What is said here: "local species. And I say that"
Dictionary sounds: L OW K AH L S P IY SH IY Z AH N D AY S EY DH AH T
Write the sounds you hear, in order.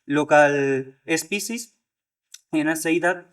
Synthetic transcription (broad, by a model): L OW K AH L S P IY S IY S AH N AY S EY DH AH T